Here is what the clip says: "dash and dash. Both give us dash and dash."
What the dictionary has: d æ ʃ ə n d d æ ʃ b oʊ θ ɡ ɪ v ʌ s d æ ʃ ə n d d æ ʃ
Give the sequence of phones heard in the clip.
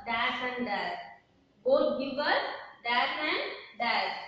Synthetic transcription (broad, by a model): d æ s ə n d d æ s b oʊ t ɡ ɪ v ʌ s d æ s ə n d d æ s